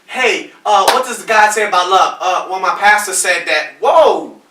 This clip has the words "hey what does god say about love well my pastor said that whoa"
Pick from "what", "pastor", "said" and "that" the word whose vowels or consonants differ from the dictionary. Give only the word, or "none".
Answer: none